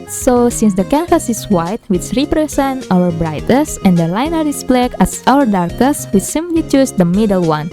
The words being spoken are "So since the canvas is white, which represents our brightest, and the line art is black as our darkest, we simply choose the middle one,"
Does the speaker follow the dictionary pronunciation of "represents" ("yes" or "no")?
no